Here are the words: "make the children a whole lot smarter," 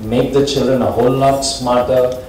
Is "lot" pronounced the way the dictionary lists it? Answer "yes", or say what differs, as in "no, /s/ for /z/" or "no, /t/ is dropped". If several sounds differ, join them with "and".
no, /n/ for /l/